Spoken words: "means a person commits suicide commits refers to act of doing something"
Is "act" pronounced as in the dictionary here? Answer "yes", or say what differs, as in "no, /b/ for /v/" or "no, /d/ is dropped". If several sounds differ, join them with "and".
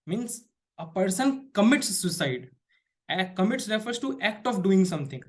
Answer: yes